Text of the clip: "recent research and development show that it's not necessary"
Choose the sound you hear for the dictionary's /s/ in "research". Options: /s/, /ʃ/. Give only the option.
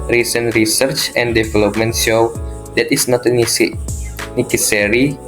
/s/